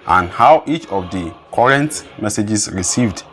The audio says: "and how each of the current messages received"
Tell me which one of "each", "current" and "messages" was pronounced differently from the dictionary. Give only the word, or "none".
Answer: messages